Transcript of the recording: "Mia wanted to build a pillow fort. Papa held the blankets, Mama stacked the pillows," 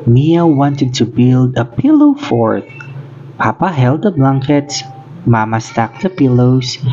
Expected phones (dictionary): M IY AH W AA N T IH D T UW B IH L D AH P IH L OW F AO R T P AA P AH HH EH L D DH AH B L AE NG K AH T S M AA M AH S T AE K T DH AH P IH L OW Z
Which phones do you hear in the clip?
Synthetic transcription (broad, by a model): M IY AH W AA N T IH D T UW B IH L D AH P IH L OW F AO R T P AA P AH HH EH L D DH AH B L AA NG K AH T S M AA M AH S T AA K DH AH P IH L OW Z